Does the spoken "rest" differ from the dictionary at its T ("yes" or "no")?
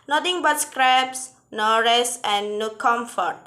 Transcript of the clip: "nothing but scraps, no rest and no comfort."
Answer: yes